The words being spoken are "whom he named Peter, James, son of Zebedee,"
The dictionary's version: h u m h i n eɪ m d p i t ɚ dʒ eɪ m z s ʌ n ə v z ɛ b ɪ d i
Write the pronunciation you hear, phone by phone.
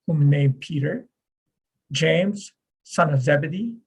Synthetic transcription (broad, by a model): h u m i n eɪ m p i t ɚ dʒ eɪ m z s ʌ n ə v z ɛ b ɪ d i